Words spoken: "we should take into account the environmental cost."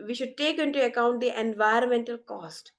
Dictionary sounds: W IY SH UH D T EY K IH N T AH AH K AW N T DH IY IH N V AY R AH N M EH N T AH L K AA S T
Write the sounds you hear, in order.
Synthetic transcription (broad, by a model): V IY SH UH D T EY K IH N T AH AH K AW N T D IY IH N V AY R AH N M EH N T AH L K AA S T